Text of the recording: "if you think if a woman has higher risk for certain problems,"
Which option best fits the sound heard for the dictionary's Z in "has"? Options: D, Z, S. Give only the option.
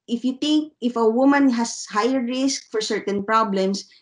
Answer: S